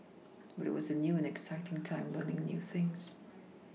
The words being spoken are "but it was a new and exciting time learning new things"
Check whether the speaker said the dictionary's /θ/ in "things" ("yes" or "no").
yes